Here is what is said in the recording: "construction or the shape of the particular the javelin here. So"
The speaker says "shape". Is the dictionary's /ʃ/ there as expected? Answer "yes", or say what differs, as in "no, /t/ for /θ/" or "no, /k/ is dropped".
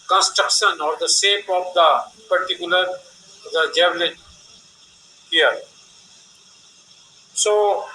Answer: no, /s/ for /ʃ/